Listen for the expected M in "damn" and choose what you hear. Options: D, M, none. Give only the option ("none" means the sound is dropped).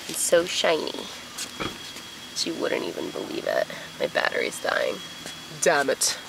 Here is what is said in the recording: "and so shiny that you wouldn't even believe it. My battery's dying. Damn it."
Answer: M